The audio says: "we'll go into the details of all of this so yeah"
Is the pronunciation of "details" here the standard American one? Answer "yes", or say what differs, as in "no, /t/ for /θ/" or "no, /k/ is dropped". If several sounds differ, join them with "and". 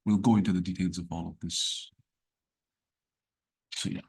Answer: yes